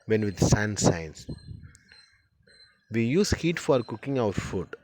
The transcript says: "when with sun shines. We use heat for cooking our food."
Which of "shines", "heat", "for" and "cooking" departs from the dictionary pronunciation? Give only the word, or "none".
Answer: shines